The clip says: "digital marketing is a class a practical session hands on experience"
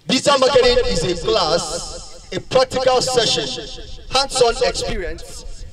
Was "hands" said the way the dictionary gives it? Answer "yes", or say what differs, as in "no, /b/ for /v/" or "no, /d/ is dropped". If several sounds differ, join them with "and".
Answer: no, /s/ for /z/